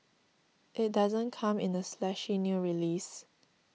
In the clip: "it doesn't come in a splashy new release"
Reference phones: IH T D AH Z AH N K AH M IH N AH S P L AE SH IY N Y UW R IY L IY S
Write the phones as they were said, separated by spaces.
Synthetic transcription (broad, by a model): IH T D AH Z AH N K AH M IH N AH S L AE SH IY N Y UW R IY L IY S